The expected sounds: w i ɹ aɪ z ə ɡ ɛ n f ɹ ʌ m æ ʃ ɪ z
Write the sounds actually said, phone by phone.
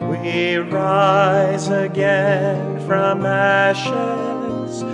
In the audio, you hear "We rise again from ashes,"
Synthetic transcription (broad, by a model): w i ɹ aɪ z ə ɡ ɛ n f ɹ ʌ m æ ʃ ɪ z